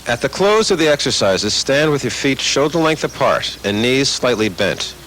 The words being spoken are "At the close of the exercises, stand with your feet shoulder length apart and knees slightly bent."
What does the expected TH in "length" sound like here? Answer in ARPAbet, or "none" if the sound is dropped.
TH